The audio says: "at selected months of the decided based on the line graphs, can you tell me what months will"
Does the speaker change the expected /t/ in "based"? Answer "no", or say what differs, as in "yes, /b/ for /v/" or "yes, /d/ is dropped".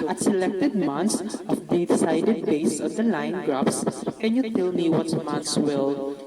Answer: yes, /t/ is dropped